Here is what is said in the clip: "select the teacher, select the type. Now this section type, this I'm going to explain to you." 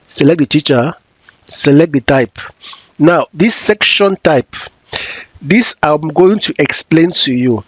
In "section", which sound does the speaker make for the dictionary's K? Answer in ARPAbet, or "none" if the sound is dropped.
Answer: K